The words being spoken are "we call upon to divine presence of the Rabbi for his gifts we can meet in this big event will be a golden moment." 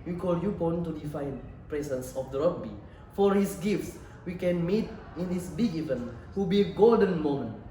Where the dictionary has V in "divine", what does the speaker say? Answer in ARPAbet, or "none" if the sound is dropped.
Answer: F